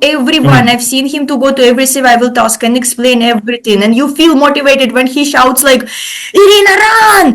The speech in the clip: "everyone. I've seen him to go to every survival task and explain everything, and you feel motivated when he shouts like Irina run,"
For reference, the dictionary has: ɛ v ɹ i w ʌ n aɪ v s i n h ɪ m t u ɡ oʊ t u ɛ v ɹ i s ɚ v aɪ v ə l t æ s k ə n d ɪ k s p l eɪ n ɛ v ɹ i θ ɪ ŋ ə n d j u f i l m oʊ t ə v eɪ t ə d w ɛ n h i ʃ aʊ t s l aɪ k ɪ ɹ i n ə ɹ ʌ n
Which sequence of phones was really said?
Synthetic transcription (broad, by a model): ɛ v ɹ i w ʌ n aɪ v s i n h ɪ m t u ɡ oʊ t u ɛ v ɹ i s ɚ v aɪ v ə l t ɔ s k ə n ɪ k s p l eɪ n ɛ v ɹ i t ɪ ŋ ə n d j u f i l m oʊ t ə v eɪ t ə d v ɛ n h i ʃ aʊ t s l aɪ k ɪ ɹ i n ə ɹ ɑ n